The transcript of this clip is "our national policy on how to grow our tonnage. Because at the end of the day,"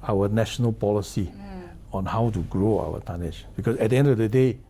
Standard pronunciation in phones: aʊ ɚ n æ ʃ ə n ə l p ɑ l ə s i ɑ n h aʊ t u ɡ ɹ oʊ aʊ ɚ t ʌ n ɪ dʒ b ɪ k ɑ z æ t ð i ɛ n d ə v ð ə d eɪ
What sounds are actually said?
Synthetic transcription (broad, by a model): aʊ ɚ n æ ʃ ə n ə l p ɑ l ə s i ɑ n h aʊ t u ɡ ɹ oʊ aʊ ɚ t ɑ n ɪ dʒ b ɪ k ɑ s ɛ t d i ɛ n d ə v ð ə d eɪ